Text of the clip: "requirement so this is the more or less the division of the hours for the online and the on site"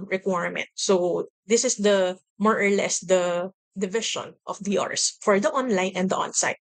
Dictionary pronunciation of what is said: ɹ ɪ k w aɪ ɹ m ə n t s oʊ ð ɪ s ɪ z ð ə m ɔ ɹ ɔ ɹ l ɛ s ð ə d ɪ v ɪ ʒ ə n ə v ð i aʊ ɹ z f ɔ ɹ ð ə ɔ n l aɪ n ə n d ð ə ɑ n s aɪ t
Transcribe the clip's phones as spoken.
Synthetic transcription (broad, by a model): ɹ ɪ k w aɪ ɹ m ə n t s oʊ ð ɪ s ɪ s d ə m ɔ ɹ ɔ ɹ l ɛ s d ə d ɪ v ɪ ʃ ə n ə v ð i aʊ ɹ s f ɔ ɹ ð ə ɔ n l aɪ n ə n d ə ɑ n s aɪ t